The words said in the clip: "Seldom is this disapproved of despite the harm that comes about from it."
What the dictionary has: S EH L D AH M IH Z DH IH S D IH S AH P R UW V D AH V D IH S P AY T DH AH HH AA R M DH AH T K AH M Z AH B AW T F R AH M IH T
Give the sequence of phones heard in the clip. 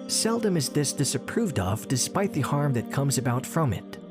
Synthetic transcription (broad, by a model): S EH L D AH M IH Z DH IH S D IH S AH P R UW V D AH V D IH S P AY T DH AH HH AA R M DH AH T K AH M Z AH B AW T F R AH M IH T